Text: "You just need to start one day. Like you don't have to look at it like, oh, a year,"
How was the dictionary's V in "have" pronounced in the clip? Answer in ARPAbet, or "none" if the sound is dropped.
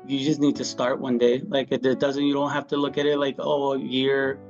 F